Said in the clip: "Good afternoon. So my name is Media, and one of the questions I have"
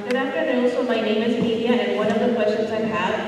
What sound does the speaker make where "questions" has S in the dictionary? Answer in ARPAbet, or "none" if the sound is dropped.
none